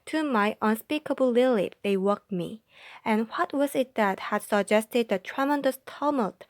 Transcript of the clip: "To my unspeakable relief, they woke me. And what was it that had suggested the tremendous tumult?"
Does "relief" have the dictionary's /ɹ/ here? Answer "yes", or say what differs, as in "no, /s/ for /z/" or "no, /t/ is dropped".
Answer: no, /l/ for /ɹ/